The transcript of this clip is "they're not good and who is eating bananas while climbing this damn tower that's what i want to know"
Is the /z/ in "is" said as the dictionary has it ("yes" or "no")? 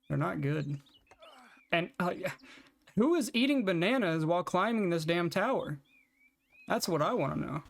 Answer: yes